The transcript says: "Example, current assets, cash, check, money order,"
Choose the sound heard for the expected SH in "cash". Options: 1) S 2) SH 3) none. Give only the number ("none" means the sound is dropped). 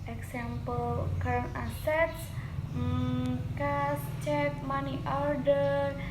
1